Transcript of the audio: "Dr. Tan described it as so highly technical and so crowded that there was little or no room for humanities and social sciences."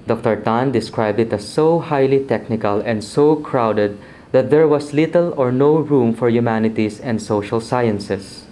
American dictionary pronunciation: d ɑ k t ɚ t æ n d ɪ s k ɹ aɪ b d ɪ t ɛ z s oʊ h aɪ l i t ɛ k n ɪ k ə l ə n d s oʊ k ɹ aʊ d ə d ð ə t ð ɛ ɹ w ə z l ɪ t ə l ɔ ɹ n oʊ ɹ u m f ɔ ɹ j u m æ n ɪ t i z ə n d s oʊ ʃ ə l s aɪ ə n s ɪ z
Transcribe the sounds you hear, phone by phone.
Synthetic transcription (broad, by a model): d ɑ k t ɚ t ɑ n d ɪ s k ɹ aɪ b d ɪ t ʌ s oʊ h aɪ l i t ɛ k n ɪ k ə l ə n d s oʊ k ɹ aʊ d ə d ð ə t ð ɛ ɹ w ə s l ɪ t ə l ɔ ɹ n oʊ ɹ u m f ɔ ɹ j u m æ n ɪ t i s ə n d s oʊ ʃ ə l s aɪ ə n s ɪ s